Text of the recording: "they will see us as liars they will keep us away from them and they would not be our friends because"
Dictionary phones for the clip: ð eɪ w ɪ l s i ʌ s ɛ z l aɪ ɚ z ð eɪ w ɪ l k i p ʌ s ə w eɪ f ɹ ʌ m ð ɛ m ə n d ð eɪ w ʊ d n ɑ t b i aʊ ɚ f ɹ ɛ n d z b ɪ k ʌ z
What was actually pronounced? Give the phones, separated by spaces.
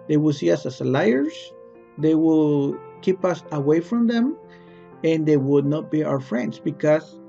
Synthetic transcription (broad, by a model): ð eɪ w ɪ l s i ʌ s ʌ s l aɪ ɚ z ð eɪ w ɪ l k i p ʌ s ə w eɪ f ɹ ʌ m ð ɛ m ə n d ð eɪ w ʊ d n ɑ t b i aʊ ɚ f ɹ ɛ n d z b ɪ k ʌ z